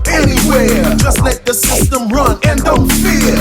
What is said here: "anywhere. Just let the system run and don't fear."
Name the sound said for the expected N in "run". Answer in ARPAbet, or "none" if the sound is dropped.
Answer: N